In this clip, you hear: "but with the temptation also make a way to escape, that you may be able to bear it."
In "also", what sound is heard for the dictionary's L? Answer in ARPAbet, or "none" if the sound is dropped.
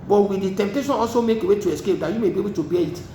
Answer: L